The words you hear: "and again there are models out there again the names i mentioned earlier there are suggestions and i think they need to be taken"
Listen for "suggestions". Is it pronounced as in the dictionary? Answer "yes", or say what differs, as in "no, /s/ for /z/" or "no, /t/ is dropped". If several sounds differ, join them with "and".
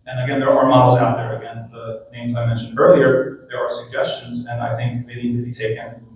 yes